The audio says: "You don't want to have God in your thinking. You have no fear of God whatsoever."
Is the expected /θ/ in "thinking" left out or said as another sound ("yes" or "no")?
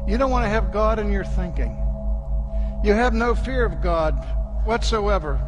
no